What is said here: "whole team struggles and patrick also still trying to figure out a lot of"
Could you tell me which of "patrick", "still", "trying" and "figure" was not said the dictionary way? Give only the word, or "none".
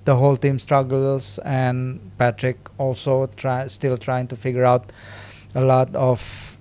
none